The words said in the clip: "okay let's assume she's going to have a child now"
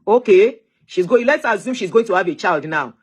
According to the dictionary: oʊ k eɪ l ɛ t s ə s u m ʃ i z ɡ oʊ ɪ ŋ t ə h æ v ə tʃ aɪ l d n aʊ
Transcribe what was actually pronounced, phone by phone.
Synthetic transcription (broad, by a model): oʊ k eɪ l ɛ t s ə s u m ʃ i z ɡ oʊ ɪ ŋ t ə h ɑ v ə tʃ aɪ l d n aʊ